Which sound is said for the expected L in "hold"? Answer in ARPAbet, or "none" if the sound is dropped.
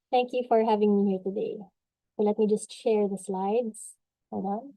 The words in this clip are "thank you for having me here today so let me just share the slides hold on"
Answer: none